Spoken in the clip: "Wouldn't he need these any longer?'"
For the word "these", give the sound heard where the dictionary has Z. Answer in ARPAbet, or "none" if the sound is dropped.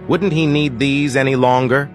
Z